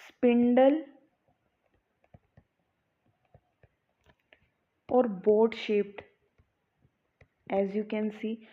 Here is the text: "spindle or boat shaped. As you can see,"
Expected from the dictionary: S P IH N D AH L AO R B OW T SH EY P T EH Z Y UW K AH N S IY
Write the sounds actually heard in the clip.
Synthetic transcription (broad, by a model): S P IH N D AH L AO R B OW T SH EY P T EH Z Y UW K AH N S IY